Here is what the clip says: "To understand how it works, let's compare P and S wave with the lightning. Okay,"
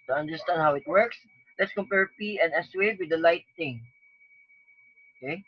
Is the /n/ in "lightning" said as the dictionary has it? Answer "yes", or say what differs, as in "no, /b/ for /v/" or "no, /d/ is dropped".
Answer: no, /n/ is dropped